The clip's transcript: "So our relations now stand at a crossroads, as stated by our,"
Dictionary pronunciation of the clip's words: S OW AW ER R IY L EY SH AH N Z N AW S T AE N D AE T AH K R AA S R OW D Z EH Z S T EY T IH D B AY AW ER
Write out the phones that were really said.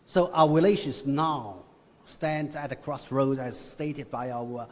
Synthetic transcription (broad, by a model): S OW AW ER R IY L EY SH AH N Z N AW S T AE N D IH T AH K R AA S R OW D IH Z S T EY T IH D B AY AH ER